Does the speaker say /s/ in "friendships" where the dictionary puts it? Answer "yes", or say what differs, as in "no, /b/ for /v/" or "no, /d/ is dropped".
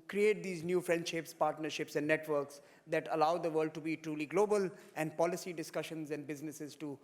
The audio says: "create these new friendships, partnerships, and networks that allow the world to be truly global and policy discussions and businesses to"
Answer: yes